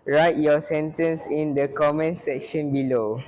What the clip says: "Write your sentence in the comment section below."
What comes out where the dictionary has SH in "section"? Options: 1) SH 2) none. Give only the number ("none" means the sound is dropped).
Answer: 1